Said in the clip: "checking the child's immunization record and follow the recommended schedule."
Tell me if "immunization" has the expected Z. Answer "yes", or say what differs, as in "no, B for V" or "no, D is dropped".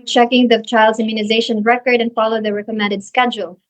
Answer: yes